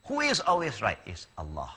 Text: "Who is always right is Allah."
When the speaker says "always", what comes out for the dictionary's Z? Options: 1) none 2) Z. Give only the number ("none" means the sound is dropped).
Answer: 2